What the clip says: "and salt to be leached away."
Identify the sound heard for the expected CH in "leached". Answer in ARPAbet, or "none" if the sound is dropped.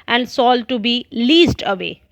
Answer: S